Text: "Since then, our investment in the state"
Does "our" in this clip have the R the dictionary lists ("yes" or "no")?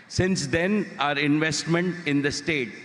yes